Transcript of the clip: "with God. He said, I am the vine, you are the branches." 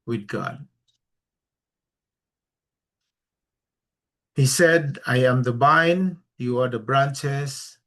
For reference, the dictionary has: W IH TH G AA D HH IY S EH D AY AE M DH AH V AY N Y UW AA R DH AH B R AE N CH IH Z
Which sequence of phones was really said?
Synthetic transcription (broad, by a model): W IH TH G AA D HH IY S EH D AY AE M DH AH B AY N Y UW AA R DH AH B R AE N CH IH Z